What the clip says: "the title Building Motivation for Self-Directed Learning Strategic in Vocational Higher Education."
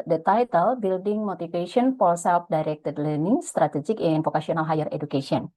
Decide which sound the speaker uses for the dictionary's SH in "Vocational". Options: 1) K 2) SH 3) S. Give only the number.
3